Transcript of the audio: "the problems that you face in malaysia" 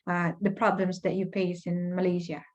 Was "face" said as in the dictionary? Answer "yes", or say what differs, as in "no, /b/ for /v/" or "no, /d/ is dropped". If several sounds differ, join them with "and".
no, /p/ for /f/